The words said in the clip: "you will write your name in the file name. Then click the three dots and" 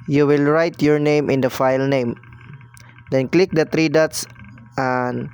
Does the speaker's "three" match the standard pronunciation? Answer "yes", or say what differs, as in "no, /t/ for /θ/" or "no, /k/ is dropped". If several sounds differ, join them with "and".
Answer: no, /t/ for /θ/